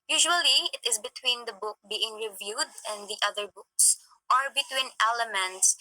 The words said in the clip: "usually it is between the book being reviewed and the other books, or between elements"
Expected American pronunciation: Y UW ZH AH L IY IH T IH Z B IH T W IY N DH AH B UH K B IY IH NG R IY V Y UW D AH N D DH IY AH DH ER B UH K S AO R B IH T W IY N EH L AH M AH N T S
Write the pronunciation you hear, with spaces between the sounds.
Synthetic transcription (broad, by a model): Y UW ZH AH L IY IH T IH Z B IH T W IY N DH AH B UH K B IY IH NG R IY V Y UW D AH N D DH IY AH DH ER B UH K S AO R B IH T W IY N EH L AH M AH N T S